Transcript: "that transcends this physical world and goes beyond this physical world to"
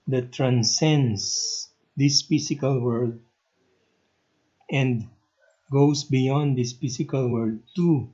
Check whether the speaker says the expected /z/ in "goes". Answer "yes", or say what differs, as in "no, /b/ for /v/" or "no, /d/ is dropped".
no, /s/ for /z/